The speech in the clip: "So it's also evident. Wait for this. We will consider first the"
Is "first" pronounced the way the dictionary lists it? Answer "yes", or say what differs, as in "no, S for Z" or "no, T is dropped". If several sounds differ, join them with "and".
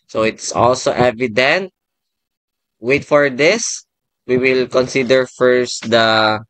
yes